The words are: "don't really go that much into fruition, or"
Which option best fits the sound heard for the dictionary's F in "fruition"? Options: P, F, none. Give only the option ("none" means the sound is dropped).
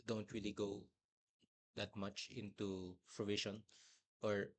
P